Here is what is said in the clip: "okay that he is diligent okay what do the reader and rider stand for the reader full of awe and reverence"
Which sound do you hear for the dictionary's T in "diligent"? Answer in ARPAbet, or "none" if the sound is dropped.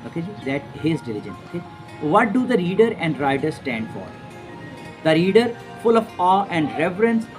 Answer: none